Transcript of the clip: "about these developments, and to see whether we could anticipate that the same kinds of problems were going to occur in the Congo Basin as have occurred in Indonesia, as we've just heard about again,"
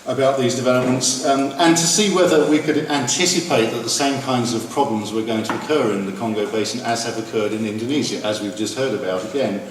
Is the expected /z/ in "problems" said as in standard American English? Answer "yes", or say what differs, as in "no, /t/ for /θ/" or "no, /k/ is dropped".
yes